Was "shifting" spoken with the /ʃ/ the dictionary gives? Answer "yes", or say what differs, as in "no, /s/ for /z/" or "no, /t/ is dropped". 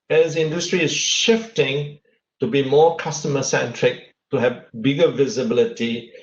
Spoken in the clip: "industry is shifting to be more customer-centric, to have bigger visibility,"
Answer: yes